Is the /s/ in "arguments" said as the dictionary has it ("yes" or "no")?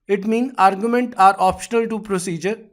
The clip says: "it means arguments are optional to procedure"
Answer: no